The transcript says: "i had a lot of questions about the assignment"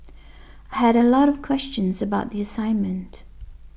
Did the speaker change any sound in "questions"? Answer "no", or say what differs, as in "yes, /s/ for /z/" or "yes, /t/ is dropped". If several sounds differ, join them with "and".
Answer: no